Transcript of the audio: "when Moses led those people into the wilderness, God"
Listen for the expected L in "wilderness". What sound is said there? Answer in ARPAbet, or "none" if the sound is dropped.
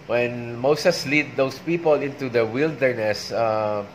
L